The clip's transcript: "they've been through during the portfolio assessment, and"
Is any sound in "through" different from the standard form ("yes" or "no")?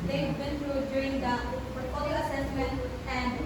yes